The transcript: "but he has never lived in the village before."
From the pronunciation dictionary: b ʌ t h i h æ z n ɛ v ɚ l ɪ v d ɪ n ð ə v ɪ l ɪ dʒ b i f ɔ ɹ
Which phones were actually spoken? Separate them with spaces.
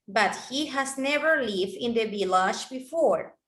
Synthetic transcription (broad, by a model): b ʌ t h i h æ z n ɛ v ɚ l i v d ɪ n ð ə b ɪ l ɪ ʃ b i f ɔ ɹ